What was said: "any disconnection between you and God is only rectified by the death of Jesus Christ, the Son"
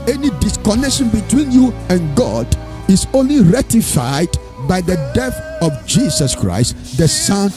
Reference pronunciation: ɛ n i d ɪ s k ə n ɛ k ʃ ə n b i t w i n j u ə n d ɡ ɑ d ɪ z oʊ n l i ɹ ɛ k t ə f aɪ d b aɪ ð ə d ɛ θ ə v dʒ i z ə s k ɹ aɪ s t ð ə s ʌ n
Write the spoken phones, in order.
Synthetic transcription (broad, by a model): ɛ n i d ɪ s k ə n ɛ k ʃ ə n b i t w i n j u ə n ɡ ɑ d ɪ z oʊ n l i ɹ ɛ t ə f aɪ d b aɪ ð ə d ɛ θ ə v dʒ i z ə s k ɹ aɪ s t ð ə s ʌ n